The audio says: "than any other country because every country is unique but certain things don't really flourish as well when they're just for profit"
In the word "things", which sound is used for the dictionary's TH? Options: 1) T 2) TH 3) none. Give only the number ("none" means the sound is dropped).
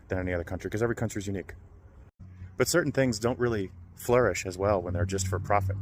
2